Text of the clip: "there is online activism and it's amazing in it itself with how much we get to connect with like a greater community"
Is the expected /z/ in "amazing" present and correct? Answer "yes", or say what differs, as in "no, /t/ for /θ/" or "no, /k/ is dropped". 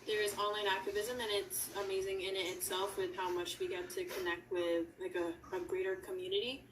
yes